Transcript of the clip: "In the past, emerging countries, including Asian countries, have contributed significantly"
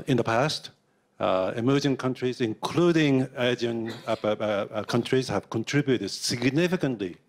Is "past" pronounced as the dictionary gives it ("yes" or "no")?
yes